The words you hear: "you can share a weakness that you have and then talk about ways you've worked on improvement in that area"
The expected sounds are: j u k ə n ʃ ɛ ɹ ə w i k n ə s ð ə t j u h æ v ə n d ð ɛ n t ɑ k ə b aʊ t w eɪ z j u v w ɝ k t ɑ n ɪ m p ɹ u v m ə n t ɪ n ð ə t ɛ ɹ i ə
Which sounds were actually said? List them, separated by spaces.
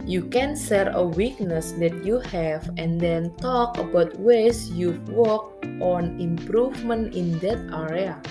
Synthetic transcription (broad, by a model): j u k ə n s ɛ ɹ ə w i k n ə s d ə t j u h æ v ə n d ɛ n t ɑ k ə b aʊ t w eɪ s j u w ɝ k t ɑ n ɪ m p ɹ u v m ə n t ɪ n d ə t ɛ ɹ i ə